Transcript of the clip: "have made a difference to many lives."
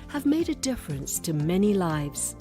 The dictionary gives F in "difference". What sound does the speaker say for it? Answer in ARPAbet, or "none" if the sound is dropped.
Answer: F